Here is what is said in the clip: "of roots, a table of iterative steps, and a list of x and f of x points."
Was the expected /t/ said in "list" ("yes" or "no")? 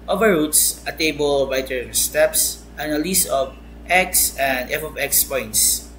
no